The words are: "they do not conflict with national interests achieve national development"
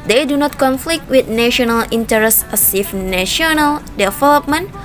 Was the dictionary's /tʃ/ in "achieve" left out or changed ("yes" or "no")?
yes